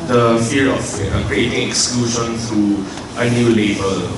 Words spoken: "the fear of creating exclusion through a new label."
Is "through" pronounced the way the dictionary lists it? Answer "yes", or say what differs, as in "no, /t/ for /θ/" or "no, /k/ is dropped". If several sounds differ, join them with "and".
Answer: no, /t/ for /θ/